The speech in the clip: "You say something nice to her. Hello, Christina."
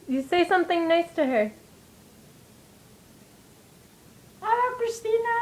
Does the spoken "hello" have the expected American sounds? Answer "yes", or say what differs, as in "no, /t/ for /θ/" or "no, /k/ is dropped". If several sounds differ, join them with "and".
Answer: no, /l/ is dropped